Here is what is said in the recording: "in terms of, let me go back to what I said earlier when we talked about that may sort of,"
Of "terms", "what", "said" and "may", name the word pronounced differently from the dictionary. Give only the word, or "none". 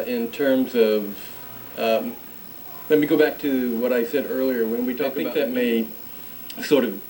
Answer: none